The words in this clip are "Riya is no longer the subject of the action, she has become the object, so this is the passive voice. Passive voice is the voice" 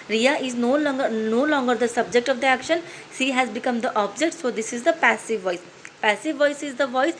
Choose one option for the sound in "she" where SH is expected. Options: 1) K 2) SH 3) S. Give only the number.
3